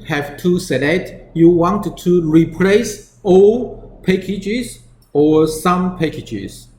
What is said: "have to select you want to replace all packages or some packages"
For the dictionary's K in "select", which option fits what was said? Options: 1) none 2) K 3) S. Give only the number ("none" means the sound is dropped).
1